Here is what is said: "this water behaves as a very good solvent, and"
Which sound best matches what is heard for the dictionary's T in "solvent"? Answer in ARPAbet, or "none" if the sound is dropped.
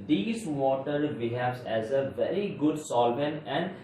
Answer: none